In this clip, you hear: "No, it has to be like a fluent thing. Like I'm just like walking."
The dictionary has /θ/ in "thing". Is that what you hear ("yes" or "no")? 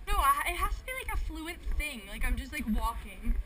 yes